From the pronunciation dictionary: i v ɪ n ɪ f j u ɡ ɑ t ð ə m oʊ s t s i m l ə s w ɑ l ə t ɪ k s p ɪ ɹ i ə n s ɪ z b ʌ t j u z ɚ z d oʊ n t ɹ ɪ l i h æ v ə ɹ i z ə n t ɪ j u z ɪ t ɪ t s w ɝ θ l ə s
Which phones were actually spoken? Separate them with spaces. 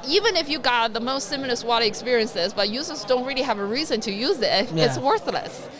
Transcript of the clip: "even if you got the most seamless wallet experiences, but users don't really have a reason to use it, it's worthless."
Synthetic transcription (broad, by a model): i v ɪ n ɪ f j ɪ ɡ ɑ t ð ə m oʊ s t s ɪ m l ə s w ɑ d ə ɪ k s p ɪ ɹ i ə n s ɪ z b ʌ t j u z ɚ z d oʊ n t ɹ ɪ l i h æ v ə ɹ i z ə n t ɪ j u z ɪ t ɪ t s w ɝ θ l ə s